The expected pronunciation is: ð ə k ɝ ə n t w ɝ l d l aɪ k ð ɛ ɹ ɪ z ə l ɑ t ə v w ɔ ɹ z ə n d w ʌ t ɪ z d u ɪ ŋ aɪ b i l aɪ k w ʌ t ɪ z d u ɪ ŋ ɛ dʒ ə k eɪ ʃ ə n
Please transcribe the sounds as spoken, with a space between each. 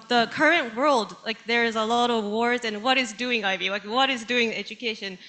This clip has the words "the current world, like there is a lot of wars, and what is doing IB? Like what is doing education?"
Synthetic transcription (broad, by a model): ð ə k ɝ ə n t w ɝ l d l aɪ k ð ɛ ɹ ɪ z ə l ɑ t ə v w ɔ ɹ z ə n w ʌ t ɪ z d u ɪ ŋ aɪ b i l aɪ k w ʌ t ɪ z d u ɪ ŋ ɛ dʒ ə k eɪ ʃ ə n